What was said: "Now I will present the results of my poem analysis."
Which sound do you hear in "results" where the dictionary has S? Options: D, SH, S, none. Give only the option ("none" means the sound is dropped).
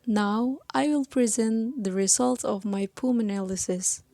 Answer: none